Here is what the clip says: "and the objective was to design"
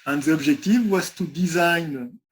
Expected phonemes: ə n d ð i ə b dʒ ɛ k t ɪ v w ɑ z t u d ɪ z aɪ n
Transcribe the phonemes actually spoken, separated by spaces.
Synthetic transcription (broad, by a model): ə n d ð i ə b ʒ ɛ k t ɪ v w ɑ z t u d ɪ z aɪ n